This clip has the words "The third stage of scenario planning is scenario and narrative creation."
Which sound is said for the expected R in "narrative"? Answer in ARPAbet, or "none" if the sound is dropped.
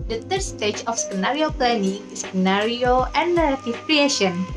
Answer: L